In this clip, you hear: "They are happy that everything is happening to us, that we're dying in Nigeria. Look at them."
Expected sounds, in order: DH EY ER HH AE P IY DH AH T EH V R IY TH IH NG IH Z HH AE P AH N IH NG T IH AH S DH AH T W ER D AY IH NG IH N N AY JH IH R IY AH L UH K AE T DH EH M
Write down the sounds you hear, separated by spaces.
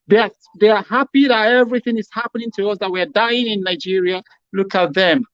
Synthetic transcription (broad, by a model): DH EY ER HH AE P IY DH AH T EH V R IY TH IH NG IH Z HH AE P AH N IH NG T IH AH S DH AH T W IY D AY IH NG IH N N AY JH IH R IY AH L UH K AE T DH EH M